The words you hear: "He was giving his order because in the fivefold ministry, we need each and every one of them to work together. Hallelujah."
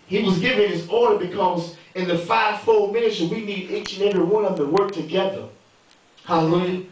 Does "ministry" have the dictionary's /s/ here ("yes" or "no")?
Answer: no